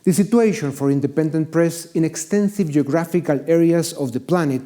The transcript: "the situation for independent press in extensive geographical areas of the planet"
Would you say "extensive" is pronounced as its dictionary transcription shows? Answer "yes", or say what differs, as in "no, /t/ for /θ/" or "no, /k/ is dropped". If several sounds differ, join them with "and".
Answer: yes